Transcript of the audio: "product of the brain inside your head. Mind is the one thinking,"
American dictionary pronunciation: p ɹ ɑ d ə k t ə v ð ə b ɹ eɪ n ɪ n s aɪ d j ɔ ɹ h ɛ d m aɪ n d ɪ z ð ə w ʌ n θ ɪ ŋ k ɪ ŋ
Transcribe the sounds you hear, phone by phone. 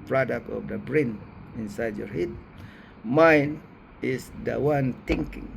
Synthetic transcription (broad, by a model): p ɹ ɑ d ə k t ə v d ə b ɹ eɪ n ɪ n s aɪ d j ɔ ɹ h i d m aɪ n ɪ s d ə w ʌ n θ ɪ ŋ k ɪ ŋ